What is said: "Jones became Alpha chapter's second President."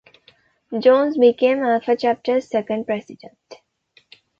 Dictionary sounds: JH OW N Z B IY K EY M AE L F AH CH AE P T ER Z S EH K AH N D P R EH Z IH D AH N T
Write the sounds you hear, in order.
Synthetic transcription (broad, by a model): JH OW N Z B IY K EY M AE F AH CH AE P T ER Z S EH K AH N D P R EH S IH D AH N T